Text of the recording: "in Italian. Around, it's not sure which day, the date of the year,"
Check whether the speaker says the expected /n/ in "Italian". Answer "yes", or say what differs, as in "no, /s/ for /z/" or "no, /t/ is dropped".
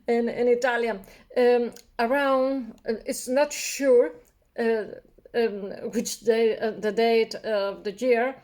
no, /n/ is dropped